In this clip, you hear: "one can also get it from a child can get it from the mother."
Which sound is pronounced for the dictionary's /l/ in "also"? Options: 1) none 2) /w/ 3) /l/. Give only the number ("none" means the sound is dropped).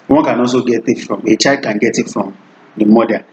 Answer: 1